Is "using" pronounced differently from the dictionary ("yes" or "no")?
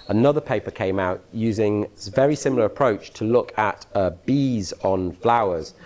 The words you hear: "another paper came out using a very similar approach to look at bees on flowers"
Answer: no